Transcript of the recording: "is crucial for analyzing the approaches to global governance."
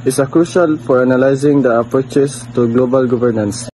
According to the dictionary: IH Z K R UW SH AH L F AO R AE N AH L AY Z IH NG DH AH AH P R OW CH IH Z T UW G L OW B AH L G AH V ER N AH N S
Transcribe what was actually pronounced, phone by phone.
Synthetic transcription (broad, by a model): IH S K R UW SH AH L F AO R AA N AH L AY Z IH NG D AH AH P R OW CH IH S T UW G L OW B AH L G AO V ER N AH N S